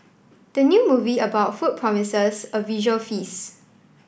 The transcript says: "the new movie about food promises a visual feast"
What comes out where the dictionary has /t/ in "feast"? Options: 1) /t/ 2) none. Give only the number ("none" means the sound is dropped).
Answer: 2